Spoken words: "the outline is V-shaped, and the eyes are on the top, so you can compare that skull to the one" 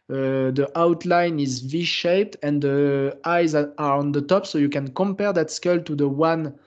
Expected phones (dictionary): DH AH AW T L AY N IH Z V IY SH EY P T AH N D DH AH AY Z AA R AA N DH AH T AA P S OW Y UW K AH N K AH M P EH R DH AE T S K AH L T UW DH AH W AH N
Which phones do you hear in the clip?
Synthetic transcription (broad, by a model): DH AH AW T L AY N IH Z V IY SH EY P T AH N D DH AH AY Z AA R AA N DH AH T AA P S OW Y UW K AH N K AH M P EH R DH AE T S K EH L T UW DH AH W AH N